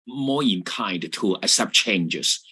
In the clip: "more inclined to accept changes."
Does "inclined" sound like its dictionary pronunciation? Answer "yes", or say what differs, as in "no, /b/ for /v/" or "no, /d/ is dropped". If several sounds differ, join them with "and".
no, /l/ is dropped